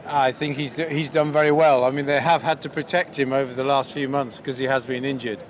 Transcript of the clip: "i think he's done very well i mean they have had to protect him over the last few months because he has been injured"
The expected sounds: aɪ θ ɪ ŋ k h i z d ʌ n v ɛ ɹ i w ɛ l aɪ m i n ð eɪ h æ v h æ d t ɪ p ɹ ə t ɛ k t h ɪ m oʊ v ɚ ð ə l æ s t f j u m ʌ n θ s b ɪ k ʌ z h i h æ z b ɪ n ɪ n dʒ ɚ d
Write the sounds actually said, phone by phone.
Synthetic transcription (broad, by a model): aɪ θ ɪ ŋ k h i z d ʌ n v ɛ ɹ i w ɛ l aɪ m i n ð eɪ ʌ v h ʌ d t ɪ p ɹ ə t ɛ k t h ɪ m oʊ v ɚ ð ə l æ s t f j u m ʌ n θ s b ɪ k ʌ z i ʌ z b ɪ n ɪ n dʒ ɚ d